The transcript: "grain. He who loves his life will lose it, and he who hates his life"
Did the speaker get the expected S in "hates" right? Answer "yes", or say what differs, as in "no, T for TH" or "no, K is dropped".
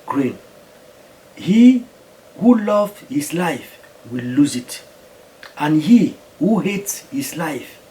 yes